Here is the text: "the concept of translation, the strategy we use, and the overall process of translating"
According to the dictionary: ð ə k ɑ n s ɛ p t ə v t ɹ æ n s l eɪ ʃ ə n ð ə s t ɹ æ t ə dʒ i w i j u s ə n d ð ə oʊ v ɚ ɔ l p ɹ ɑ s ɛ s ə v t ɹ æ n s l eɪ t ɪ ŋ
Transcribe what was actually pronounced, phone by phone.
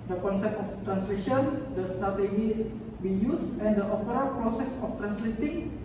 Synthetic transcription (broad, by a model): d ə k ɑ n s ɛ p t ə f t ɹ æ n s l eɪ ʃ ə n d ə s t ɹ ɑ t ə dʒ i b i j u s ə n d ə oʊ f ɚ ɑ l p ɹ ɑ s ɛ s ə f t ɹ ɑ n s l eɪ t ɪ ŋ